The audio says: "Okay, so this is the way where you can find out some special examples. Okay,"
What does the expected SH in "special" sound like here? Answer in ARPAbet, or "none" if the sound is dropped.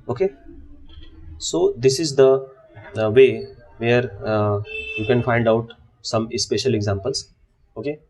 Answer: SH